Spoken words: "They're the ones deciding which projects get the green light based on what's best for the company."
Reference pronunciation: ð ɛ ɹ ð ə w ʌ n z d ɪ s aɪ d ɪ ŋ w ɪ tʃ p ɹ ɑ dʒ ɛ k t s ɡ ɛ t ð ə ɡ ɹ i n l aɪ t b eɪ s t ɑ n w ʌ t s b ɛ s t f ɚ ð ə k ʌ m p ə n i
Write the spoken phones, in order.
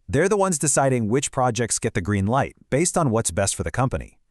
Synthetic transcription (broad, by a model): ð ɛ ɹ ð ə w ʌ n z d ɪ s aɪ d ɪ ŋ w ɪ tʃ p ɹ ɑ dʒ ɛ k t s ɡ ɛ t ð ə ɡ ɹ i n l aɪ t b eɪ s t n w ʌ t s b ɛ s t f ɚ ð ə k ʌ m p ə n i